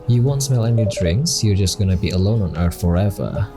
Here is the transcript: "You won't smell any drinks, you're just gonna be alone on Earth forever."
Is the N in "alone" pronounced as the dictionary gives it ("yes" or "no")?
yes